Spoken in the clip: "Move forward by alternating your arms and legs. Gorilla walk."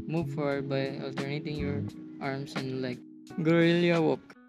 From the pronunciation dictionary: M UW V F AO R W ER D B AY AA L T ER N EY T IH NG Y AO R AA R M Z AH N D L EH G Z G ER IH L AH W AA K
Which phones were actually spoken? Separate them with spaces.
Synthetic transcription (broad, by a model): M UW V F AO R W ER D B AY AA L T ER N EY T IH NG Y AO R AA R M S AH N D L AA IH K G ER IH L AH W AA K